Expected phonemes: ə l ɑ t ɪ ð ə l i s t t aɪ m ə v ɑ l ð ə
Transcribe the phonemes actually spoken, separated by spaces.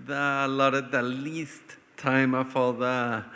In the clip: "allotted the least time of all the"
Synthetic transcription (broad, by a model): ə l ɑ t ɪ ð ə l i s t t aɪ m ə f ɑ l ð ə